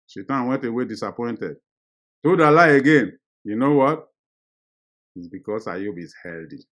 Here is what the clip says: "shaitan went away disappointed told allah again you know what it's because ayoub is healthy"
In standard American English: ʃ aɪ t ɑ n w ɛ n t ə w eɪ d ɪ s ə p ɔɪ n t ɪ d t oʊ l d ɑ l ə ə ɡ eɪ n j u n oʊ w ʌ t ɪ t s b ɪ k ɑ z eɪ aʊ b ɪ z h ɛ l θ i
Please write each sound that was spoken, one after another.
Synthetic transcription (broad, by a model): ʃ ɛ t ɑ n w ɛ n t ə w eɪ d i s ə p ɔɪ n t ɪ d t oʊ d ɑ l ə ə ɡ eɪ n j u n oʊ w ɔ t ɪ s b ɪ k ɑ s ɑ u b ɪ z h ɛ l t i